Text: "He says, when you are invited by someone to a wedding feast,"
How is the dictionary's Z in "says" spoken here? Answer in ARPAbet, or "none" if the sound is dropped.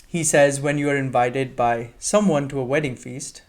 Z